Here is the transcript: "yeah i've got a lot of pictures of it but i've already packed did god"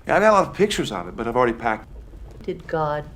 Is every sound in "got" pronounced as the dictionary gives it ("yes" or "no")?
no